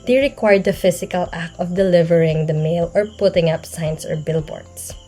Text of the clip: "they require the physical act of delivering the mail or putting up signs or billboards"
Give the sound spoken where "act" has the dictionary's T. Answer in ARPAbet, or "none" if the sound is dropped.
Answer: none